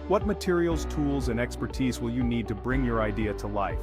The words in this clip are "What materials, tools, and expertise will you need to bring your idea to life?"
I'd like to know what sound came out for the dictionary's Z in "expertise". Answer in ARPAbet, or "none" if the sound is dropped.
Z